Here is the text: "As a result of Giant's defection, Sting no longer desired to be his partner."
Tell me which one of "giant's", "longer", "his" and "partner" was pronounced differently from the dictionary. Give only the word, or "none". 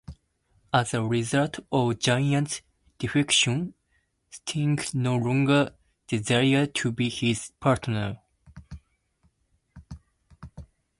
giant's